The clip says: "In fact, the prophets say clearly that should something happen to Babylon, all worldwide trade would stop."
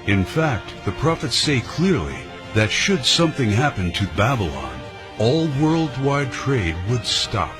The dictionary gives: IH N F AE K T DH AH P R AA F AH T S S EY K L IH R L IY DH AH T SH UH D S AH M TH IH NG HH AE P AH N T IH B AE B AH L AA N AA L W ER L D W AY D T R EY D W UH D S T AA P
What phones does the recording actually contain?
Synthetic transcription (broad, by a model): IH N F AE K T DH AH P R AA F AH T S S EY K L IH R L IY DH AH T SH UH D S AH M TH IH NG HH AE P AH N T IH B AE B AH L AA N AA L W ER L D W AY D T R EY D W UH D S T AA P